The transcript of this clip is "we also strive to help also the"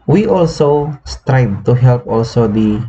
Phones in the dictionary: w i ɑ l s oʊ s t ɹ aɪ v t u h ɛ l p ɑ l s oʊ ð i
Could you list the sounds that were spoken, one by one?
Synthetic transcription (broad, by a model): w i ɑ l s oʊ s t ɹ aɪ b t u h ɛ l p ɑ l s oʊ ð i